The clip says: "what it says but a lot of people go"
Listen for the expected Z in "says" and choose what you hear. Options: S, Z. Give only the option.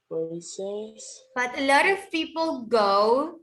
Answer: S